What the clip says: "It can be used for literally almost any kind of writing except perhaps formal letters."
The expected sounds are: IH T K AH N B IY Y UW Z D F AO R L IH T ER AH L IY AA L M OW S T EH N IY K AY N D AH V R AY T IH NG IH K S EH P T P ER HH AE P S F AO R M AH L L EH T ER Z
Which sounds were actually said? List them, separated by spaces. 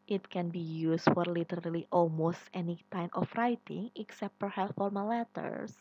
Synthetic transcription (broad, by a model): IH T K AH N B IY Y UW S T F AO R L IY T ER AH L IY AA L M OW S T EH N IY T AY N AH F R AY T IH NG IH K S EH P T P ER HH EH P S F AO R M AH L L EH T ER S